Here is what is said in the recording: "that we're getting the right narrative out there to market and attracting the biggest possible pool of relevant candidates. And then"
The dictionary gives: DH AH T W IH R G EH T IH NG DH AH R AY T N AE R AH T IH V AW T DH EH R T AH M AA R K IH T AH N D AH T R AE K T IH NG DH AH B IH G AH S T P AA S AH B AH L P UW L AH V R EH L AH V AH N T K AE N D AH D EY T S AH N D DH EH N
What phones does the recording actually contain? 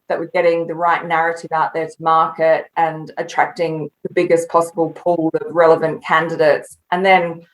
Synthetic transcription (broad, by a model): DH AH T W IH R G EH T IH NG DH AH R AY T N AE R AH T IH V AW T DH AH R T AH M AA R K IH T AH N AH T R AE K T IH NG DH AH B IH G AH S P AA S AH B AH L P UW L AH V R EH L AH V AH N K AE N D AH D EY T S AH N DH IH N